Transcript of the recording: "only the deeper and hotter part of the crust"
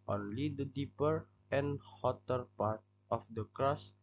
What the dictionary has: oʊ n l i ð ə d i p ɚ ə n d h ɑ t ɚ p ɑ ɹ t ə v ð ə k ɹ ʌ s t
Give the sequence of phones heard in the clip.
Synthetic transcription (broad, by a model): oʊ n l i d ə d i p ɚ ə n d h ɑ t ɚ p ɑ ɹ t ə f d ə k ɹ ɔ s